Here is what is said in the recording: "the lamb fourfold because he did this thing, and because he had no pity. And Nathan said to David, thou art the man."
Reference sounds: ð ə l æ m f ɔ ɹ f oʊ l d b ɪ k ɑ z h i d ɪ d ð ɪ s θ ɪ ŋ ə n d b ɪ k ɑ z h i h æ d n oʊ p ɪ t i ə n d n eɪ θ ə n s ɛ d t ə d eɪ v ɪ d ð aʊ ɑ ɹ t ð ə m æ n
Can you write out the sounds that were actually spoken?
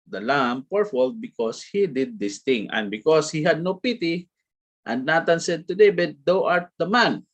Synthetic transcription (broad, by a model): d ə l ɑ m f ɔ ɹ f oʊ l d b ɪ k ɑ s h i d ɪ d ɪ s t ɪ ŋ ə n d b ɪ k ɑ s h i h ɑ d n oʊ p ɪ t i ə n d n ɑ t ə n s ɛ d t ə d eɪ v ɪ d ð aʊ ɑ ɹ t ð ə m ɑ n